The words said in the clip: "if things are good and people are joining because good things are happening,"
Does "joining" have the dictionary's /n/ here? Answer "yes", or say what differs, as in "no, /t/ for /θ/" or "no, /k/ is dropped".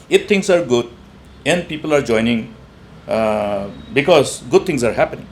yes